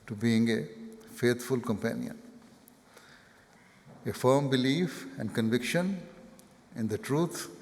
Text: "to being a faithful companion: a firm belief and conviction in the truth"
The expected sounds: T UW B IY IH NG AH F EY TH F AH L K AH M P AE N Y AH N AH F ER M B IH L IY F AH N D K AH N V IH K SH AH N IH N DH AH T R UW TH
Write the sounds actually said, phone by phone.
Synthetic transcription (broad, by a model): T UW B IY IH NG AH F EY T F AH L K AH M P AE N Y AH N AH F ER M B IH L IY F AH N D K AH N V IH K SH AH N IH N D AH T R UW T